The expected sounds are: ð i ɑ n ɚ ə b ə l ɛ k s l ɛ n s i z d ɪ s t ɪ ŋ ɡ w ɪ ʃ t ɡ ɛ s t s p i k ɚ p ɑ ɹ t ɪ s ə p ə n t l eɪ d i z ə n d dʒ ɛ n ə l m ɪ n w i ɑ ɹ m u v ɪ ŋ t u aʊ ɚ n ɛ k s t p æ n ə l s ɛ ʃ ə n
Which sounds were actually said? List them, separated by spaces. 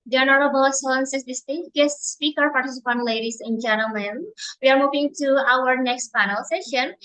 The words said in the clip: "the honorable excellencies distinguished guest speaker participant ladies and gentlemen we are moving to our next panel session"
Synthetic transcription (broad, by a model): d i ɑ n ɚ ə b ə l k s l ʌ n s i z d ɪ s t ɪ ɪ t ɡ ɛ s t s p i k ɚ p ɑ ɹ t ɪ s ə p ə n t l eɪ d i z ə n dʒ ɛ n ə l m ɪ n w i ɑ ɹ m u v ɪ ŋ t u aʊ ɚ n ɛ k s t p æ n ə l s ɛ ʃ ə n